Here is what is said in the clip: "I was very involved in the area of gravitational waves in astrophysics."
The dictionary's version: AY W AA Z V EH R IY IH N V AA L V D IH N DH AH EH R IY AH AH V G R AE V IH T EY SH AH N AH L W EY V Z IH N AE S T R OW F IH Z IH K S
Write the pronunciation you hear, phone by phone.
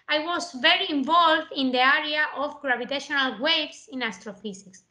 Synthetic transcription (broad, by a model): AY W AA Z V EH R IY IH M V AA L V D IH N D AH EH R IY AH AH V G R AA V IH T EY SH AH N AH L W EY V S IH N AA S T R OW F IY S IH K S